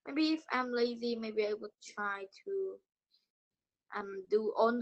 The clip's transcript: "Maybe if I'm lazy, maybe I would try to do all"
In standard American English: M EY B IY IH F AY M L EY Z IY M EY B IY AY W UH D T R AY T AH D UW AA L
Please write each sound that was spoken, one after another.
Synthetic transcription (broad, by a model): M EY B IY IH F AY M L EY Z IY M EY B IY AY W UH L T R AY T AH D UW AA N